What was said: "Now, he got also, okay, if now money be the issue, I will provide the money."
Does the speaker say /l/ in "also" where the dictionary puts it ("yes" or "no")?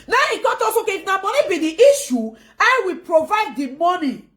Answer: no